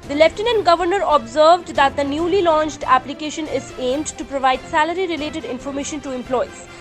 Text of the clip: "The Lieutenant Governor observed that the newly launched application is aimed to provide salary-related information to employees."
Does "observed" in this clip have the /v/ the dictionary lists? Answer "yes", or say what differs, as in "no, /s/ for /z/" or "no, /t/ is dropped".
yes